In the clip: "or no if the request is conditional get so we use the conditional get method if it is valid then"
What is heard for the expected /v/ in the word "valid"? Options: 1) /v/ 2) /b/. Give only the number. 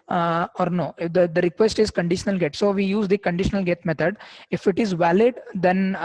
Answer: 1